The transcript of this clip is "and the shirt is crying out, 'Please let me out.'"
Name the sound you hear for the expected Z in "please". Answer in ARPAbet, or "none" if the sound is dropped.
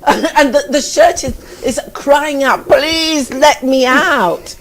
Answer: Z